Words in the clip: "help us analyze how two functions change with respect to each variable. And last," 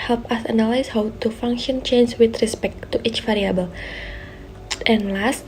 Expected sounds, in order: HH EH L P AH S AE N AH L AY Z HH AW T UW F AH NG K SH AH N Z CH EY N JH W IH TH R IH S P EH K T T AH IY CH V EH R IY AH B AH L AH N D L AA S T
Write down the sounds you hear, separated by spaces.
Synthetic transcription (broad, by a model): HH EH L P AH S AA N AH L AY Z HH AW T UW F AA NG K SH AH N CH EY N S W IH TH R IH S P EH K T T IY CH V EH R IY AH B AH L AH N L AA S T